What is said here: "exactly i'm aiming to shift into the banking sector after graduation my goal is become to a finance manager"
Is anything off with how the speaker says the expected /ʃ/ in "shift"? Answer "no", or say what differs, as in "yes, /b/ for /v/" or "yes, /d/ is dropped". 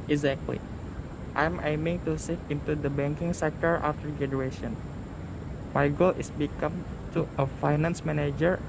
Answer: yes, /s/ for /ʃ/